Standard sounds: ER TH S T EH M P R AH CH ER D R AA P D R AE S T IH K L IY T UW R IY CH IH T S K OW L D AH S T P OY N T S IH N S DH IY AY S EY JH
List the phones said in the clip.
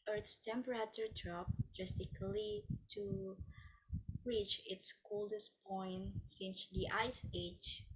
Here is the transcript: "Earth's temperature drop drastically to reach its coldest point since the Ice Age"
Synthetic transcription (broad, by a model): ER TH S T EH M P R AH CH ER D R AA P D R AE S T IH K L IY T UW R IY CH IH T S K OW L D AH S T P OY N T S IH N S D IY AY S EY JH